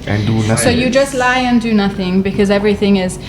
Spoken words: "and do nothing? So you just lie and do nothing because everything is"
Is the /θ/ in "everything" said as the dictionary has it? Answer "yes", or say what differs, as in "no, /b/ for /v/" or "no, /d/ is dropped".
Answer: yes